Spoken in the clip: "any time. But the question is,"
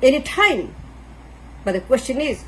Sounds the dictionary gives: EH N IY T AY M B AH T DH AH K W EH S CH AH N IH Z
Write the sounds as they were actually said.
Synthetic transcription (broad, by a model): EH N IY T AY M B AH T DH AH K W EH S CH AH N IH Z